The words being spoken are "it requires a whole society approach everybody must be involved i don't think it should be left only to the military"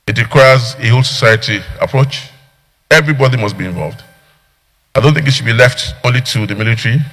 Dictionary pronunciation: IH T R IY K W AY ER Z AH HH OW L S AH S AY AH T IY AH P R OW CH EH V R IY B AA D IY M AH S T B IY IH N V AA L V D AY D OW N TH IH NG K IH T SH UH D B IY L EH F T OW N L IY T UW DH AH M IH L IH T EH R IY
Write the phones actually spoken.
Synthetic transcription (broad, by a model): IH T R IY K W AY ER Z AH HH OW L S AH S AY AH T IY AH P R OW CH EH V R IY B AA D IY M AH S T B IY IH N V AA L V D AY D OW N TH IH NG K IH T SH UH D B IY L EH F T OW N L IY T UW DH AH M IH L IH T R IY